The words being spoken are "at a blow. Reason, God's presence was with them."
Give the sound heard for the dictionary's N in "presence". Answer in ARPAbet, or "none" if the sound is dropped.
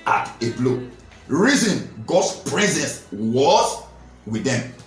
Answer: N